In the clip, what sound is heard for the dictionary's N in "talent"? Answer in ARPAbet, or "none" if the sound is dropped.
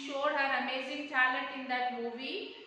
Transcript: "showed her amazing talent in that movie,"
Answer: none